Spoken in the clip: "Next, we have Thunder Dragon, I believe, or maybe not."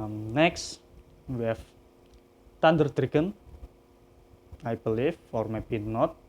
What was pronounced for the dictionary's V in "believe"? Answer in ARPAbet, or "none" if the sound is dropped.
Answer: F